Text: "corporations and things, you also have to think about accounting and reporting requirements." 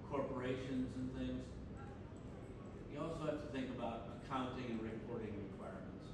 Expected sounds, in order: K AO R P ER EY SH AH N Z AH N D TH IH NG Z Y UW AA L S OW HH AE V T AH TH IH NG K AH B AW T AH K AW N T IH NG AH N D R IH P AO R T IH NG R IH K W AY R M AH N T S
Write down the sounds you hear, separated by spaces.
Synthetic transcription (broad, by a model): K AO R P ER EY SH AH N Z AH N TH IH NG Z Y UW AA L S OW HH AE F T AH TH IH NG K AH B AW T AH K AW N T IH NG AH N R IH P AO R T IH NG R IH K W AY R M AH N T S